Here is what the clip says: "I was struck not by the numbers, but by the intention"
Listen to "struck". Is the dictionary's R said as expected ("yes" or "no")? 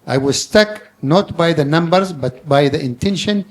no